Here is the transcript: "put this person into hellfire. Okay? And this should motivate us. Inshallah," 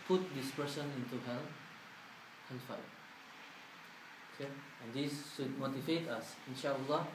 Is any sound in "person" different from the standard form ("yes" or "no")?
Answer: yes